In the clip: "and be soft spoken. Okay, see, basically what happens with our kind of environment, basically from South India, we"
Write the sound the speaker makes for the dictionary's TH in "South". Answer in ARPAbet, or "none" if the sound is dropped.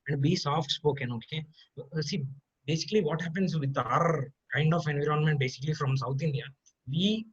T